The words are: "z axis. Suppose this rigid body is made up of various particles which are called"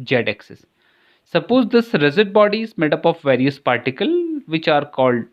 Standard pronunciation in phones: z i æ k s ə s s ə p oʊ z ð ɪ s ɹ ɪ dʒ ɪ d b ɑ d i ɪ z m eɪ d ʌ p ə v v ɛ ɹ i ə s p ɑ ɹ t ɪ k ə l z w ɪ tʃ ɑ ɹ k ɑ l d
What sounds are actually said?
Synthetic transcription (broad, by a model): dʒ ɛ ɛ k s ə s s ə p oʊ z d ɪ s ɹ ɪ z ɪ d b ɑ d i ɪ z m eɪ d ʌ p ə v v ɛ ɹ i ə s p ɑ ɹ t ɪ k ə l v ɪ tʃ ɑ ɹ k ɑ l d